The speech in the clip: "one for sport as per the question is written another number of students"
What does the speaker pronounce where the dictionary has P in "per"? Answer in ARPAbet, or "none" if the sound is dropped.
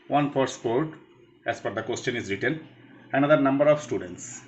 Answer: F